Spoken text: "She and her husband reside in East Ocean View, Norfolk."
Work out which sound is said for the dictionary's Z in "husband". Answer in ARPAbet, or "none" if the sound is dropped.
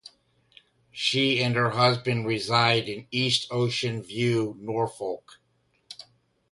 Z